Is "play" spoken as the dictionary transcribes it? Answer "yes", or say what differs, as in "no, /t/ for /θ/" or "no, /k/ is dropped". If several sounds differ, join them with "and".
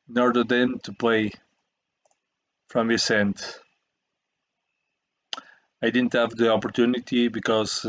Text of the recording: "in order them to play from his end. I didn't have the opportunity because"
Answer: yes